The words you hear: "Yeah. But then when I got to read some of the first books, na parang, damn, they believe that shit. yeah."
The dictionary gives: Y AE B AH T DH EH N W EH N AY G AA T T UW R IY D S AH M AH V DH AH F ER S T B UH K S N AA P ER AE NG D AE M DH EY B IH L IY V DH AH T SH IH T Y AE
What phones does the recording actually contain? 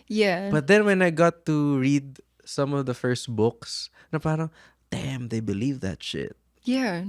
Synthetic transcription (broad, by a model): Y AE B AH T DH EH N W EH N AY G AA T T UW R IY D S AH M AH V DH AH F ER S T B UH K S N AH P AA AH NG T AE M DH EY B IH L IY V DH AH T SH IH T Y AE